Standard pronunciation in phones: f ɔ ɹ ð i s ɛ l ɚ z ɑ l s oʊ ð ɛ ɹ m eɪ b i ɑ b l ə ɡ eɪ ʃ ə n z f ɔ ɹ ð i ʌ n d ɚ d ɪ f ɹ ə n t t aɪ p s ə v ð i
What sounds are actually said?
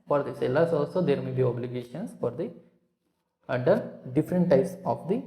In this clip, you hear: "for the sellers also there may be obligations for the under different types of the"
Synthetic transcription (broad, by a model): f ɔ ɹ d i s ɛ l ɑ s ɑ l s oʊ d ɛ ɹ m eɪ b i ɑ b l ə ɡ eɪ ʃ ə n s f ɔ ɹ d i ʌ d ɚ d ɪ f ɹ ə n t t aɪ p s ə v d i